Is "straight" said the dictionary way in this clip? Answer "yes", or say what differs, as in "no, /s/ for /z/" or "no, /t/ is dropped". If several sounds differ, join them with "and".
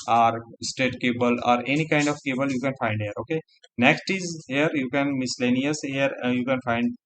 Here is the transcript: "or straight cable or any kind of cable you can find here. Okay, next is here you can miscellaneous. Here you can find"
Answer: no, /ɹ/ is dropped